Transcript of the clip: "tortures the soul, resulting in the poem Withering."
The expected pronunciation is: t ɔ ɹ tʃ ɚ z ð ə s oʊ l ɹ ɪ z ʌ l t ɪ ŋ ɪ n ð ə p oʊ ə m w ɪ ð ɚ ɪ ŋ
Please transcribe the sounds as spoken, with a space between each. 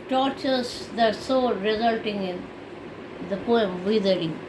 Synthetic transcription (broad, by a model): t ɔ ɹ tʃ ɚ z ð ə s oʊ ɹ ɪ z ʌ l t ɪ ŋ ɪ n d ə p oʊ ə m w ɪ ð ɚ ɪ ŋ